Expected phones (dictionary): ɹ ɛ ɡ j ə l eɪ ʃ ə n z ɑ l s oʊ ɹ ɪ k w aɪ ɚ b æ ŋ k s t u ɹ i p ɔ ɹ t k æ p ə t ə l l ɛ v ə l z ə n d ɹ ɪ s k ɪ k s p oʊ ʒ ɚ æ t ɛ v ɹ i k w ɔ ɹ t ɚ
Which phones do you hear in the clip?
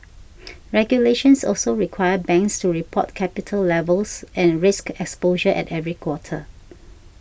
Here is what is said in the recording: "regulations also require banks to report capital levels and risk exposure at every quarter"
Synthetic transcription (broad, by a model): ɹ ɛ ɡ j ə l eɪ ʃ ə n s ɑ l s oʊ ɹ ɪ k w aɪ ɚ b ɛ ŋ k s t u ɹ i p ɔ t k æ p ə t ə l l ɛ v ə l s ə n ɹ ɪ s k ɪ k s p oʊ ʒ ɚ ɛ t ɛ v ɹ i k w ɔ t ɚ